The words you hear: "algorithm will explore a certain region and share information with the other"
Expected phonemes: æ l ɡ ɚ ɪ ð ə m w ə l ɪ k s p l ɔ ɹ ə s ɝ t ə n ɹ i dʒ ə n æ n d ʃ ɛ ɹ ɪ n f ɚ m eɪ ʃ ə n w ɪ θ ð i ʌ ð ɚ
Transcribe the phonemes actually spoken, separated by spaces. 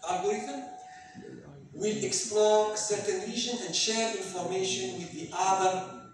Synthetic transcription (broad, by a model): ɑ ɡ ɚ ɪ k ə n w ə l ɪ k s p l ɔ ɹ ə s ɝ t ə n l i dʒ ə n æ n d ʃ ɛ ɹ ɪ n f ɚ m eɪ ʃ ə n w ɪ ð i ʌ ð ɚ